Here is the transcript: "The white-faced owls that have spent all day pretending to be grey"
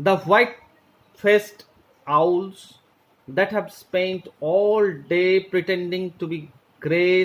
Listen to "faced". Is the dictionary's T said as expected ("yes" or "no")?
yes